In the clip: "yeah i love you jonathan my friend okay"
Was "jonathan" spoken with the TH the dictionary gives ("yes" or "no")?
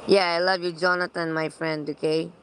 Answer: no